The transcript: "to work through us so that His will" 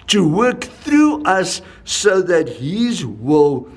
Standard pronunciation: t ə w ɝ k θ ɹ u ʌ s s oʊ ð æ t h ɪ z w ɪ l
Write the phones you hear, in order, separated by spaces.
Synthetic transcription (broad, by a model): t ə w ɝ k θ ɹ u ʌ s s oʊ ð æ t h ɪ z w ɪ l